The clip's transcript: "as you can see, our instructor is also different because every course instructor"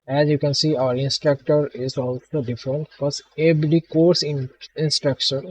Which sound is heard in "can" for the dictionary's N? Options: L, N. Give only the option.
N